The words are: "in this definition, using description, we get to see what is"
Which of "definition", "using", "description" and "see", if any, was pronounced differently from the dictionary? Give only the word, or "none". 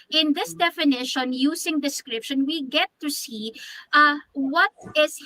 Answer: using